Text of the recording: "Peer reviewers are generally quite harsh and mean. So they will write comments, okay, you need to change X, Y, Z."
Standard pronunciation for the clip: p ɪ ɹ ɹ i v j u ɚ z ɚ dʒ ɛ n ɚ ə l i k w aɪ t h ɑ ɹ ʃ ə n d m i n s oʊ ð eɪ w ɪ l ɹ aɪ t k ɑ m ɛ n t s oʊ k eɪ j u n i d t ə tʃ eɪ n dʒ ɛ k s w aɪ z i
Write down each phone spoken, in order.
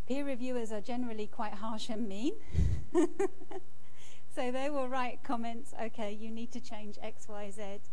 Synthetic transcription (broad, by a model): p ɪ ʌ ɹ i v j u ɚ z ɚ dʒ ɛ n ɚ ə l i k w aɪ t h ɑ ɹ ʃ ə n m i n s oʊ ð eɪ w ɪ l ɹ aɪ t k ɑ m ɛ n t s oʊ k eɪ j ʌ n i d t ə tʃ eɪ n dʒ ɛ k s w aɪ z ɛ